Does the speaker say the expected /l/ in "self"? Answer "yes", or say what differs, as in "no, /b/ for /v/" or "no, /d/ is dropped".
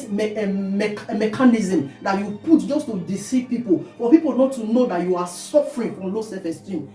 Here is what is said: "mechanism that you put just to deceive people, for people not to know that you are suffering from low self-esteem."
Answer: no, /l/ is dropped